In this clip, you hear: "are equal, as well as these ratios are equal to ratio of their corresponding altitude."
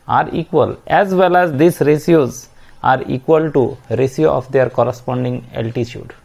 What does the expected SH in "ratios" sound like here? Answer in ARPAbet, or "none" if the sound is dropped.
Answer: S